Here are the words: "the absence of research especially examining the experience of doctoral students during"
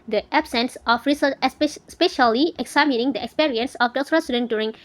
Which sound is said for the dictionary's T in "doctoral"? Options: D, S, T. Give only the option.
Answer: S